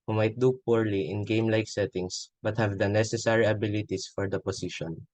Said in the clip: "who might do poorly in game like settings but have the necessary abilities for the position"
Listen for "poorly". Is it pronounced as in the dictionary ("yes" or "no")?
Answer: yes